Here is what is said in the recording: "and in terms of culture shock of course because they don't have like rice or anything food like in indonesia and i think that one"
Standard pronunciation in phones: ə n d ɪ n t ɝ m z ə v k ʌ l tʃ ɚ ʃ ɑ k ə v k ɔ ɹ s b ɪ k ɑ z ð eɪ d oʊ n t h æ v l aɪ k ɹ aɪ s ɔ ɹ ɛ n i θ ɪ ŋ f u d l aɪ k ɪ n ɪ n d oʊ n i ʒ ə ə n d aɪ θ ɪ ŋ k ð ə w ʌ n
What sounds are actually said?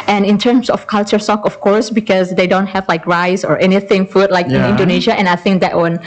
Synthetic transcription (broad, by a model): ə n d ɪ n t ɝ m s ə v k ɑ l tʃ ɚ s ɑ k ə f k ɔ ɹ s b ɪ k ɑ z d eɪ d oʊ n t h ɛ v l aɪ k ɹ aɪ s ɔ ɹ ɛ n i θ ɪ ŋ f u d l aɪ k ɪ n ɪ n d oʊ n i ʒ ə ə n aɪ θ ɪ ŋ k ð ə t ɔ n